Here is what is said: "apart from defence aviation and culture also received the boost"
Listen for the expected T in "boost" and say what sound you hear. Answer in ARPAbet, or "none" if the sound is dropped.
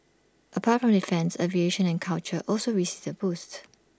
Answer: T